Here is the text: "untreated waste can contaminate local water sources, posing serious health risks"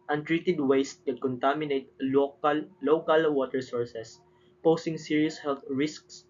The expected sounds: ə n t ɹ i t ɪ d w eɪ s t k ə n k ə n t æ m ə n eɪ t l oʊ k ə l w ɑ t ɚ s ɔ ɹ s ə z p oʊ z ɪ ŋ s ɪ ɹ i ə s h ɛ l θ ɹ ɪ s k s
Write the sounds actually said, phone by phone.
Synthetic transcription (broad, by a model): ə n t ɹ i t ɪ d w eɪ s t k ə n k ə n t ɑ m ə n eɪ t l oʊ k ə l w ɑ t ɚ s ɔ ɹ s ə s p oʊ s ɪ ŋ s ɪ ɹ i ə s h ɛ l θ ɹ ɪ s k s